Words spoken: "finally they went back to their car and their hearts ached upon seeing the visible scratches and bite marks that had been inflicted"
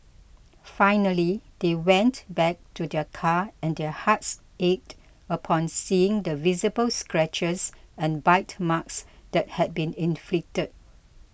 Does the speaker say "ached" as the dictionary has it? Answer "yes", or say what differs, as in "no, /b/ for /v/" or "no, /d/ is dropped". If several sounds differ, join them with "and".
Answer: yes